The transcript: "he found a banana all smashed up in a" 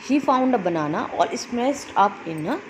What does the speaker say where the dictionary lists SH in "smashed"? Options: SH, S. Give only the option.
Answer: S